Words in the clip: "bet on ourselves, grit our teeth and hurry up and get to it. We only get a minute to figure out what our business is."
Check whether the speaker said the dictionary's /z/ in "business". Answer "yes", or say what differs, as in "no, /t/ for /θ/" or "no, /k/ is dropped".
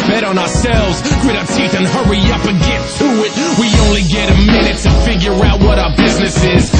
yes